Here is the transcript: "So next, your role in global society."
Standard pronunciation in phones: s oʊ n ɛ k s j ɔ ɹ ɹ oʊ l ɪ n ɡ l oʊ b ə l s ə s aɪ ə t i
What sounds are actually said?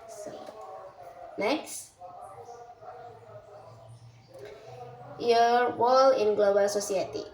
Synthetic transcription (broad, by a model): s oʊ n ɛ k s j ɔ ɹ w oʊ l ɪ n ɡ l oʊ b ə l s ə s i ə t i